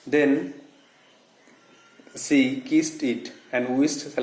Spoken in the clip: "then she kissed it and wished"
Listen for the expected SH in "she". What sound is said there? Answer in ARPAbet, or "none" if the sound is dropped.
S